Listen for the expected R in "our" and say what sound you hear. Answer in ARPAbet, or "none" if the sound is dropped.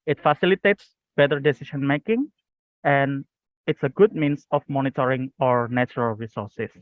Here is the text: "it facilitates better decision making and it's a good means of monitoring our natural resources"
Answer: R